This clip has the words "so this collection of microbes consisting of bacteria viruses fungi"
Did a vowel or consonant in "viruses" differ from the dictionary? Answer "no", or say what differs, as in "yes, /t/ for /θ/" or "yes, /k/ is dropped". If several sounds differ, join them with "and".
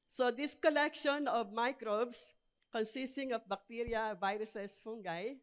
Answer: yes, /s/ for /z/